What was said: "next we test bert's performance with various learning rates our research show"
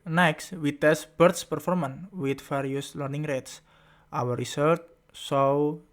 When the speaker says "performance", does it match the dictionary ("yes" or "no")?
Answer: no